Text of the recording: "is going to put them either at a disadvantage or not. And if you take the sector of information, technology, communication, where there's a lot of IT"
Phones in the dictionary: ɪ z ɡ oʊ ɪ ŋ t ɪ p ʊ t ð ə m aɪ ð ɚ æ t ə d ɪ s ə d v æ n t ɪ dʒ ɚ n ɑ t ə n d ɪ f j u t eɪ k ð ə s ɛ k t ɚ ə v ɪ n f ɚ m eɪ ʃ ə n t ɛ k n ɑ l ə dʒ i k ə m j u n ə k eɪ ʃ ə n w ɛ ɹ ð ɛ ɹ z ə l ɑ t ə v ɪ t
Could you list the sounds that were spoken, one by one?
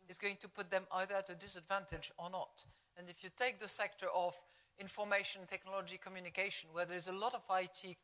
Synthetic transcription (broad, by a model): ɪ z ɡ oʊ ɪ ŋ t ɪ p ʊ t ð ə m aɪ ð ɚ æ t ə d ɪ s ə d v æ n t ɪ dʒ ɚ n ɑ t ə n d ɪ f j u t eɪ k ð ə s ɛ k t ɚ ə v ɪ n f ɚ m eɪ ʃ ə n t ɛ k n ɑ l ə dʒ i k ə m j u n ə k eɪ ʃ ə n w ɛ ɹ ð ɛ ɹ z ə l ɑ t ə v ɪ t